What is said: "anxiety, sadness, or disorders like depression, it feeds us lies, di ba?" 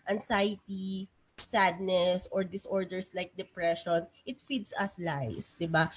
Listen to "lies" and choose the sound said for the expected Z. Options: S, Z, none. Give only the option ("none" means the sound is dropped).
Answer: S